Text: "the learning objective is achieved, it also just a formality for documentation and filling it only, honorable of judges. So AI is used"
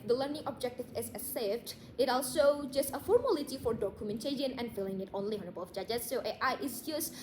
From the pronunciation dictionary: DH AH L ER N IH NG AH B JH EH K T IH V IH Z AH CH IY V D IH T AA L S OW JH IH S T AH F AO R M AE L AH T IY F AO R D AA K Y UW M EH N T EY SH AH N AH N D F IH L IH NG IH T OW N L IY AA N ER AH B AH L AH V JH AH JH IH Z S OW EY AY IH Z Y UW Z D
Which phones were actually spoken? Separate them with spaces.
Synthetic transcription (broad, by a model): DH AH L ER N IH NG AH B JH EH K T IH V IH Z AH S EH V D IH T AA L S OW JH IH S T AH F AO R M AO L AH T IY F AO R D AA K Y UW M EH N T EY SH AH N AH N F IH L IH NG IH T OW N L IY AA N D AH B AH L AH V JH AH JH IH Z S OW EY AY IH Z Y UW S